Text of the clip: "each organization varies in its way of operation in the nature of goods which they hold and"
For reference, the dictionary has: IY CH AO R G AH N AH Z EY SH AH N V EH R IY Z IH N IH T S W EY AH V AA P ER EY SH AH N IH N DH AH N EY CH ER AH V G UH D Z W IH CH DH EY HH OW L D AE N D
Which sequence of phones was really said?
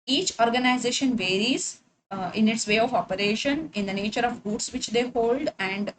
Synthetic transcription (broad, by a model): IY CH AO R G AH N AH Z EY SH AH N V EH R IY Z IH N IH T S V EY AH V AA P ER EY SH AH N IH N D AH N EY CH ER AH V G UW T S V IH CH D EY HH OW L D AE N D